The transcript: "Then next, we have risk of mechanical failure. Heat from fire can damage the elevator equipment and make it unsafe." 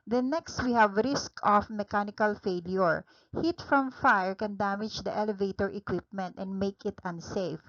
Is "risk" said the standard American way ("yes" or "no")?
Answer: yes